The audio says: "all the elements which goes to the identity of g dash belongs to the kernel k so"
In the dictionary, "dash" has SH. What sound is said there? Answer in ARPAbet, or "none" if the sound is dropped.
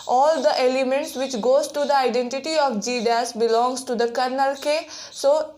S